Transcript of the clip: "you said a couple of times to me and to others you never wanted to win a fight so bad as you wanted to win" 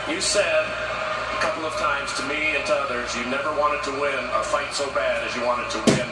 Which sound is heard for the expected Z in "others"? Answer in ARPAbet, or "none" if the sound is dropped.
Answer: Z